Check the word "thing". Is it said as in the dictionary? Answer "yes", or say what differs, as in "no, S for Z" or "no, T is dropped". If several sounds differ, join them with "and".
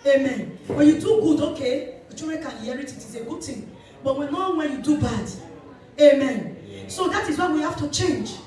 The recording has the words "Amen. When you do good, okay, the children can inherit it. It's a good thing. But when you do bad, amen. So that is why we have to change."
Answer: no, T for TH